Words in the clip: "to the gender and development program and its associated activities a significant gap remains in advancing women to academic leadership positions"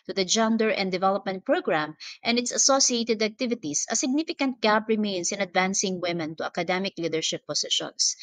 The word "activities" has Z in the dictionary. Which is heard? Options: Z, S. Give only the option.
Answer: S